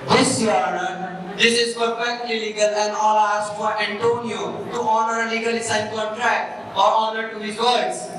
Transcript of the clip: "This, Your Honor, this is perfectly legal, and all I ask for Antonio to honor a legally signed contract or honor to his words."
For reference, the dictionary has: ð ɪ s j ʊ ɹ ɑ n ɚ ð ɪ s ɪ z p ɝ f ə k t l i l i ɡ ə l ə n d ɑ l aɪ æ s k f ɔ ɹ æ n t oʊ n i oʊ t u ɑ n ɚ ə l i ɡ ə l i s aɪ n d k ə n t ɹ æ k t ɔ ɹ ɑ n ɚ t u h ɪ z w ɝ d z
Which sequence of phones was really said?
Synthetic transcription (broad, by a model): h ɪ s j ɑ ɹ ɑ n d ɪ s ɪ z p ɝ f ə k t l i l i ɡ ə l ə n d ɑ l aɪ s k f ɔ ɹ æ n t oʊ n i oʊ t u ɑ n ɚ ə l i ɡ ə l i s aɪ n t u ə t ɹ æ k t ɔ ɹ ɑ n ɚ t u h ɪ z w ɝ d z